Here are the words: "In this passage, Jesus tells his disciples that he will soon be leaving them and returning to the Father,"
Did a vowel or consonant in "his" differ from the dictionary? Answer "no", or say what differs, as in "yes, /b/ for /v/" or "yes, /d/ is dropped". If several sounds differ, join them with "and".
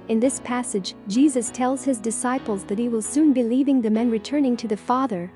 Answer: no